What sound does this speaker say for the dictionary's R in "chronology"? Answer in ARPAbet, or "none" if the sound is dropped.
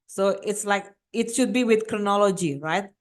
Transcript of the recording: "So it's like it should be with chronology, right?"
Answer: R